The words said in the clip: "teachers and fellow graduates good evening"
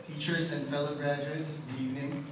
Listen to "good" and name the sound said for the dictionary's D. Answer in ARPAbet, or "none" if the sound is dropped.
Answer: none